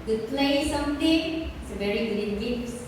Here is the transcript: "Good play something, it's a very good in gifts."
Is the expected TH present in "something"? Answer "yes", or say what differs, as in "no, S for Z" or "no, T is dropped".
no, T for TH